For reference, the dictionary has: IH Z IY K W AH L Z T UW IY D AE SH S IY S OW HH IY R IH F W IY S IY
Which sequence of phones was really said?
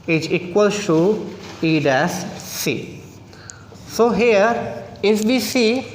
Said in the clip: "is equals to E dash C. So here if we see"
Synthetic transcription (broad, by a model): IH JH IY K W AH L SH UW IY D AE S S IY S OW HH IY R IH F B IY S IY